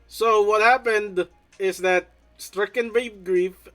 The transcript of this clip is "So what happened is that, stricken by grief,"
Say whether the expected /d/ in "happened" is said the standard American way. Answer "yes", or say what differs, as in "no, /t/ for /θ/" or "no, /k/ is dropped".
yes